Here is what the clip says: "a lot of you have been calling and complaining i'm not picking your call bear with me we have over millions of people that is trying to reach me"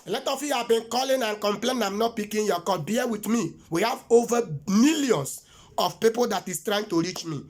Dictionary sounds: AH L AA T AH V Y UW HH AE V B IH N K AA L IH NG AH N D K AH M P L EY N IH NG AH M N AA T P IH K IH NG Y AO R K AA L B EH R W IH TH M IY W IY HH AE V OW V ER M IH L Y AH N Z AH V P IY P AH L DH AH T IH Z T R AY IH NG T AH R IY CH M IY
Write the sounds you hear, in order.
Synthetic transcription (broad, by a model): L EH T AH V Y UW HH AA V B IH N K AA L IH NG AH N K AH M P L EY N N AH M N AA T P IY K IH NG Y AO K AA L B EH W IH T M IY W IY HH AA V OW V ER M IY L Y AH N S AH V P IY P AH L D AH T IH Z T R AY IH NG T AH R IY CH M IY